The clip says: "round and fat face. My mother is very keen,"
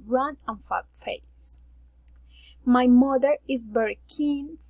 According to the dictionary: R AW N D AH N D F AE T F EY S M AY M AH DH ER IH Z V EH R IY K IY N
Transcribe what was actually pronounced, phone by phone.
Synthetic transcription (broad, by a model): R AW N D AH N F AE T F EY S M AY M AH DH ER IH Z B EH R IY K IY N